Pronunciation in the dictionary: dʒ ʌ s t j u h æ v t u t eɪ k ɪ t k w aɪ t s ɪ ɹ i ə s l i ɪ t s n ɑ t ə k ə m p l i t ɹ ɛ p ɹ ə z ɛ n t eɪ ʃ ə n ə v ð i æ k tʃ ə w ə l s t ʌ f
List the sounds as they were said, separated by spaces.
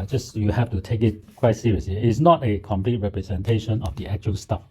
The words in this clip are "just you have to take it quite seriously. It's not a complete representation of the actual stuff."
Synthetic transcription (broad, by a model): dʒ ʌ s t j u h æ f t u t eɪ k ɪ t k w aɪ t s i ɹ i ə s l i ɪ t s n ɑ t ə k ə m p l i t ɹ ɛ p ɹ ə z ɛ n t eɪ ʃ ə n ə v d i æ k tʃ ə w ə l s t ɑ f